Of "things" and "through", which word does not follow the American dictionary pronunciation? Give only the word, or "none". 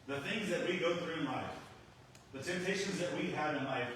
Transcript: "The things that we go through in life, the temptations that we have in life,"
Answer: none